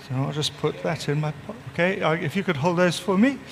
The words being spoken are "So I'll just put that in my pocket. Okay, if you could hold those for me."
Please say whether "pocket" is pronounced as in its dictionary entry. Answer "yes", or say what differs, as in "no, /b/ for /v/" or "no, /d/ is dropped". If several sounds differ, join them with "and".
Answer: no, /k/ is dropped